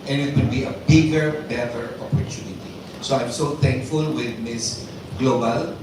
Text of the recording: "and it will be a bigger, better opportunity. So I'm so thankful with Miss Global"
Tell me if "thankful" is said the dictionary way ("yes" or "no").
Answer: no